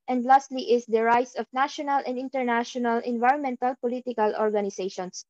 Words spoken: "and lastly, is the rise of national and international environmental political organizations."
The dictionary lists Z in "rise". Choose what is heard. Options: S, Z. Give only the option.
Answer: S